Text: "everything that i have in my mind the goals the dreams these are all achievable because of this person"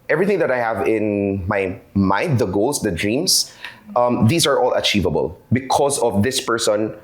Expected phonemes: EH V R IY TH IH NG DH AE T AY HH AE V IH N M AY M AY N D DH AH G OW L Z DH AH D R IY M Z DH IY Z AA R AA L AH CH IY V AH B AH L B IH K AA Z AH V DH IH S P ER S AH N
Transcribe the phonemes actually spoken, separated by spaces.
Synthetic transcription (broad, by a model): EH V R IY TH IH NG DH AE T AY HH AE V IH N M AY M AY N D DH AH G OW L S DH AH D R IY M S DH IY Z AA R AA L AH CH IY V AH B AH L B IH K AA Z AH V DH IH S P ER S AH N